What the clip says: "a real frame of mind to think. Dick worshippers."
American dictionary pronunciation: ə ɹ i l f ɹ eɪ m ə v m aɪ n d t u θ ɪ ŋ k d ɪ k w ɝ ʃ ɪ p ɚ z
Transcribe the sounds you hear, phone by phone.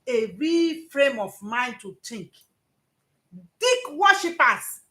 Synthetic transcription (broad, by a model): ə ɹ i f ɹ eɪ m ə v m aɪ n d t u t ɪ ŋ k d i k w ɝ ʃ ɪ p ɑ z